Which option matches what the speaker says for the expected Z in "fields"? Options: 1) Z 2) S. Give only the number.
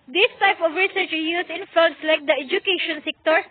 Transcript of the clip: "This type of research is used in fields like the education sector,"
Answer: 2